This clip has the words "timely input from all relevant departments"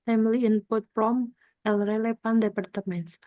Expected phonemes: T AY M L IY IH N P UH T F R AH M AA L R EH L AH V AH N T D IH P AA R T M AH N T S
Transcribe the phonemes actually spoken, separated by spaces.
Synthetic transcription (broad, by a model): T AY M L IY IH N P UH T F R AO M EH L R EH L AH F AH N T D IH P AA R T M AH N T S